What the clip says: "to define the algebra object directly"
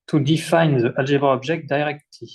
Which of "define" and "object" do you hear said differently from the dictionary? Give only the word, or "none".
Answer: object